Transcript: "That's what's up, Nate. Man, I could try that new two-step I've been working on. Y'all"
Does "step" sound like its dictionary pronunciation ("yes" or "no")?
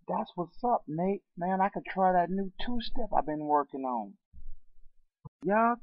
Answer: no